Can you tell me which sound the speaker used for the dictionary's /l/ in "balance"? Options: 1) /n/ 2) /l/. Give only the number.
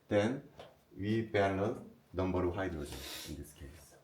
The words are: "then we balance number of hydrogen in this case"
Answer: 1